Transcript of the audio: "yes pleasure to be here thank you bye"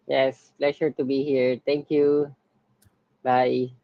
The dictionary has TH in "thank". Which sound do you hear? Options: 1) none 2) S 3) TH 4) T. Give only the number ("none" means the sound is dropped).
4